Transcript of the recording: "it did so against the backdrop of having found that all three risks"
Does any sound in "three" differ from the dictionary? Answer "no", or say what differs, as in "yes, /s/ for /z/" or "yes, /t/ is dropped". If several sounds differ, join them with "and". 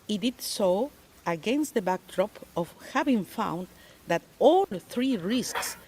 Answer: no